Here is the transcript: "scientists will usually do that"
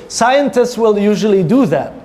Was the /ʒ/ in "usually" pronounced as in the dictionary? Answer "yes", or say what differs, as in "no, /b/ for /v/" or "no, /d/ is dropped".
yes